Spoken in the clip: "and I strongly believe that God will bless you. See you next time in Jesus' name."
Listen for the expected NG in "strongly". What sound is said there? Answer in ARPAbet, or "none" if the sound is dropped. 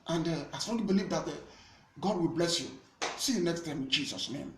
none